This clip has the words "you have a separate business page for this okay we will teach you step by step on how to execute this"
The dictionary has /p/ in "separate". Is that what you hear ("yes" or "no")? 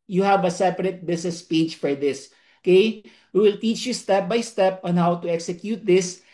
yes